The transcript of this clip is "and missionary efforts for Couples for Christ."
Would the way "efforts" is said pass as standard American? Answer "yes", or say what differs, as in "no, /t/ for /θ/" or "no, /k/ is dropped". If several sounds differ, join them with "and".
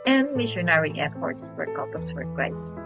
no, /p/ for /f/